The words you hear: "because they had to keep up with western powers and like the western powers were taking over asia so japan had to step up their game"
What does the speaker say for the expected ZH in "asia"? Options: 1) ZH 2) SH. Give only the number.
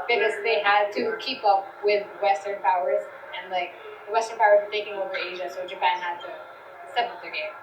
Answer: 1